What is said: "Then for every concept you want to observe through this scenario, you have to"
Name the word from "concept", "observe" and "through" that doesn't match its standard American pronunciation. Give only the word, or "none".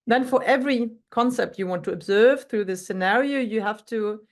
none